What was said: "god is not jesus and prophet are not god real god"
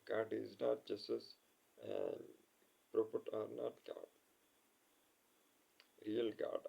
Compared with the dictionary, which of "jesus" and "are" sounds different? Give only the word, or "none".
jesus